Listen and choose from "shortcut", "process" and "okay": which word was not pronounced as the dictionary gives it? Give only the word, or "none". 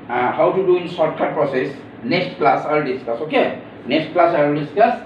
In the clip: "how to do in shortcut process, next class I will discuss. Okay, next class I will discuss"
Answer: shortcut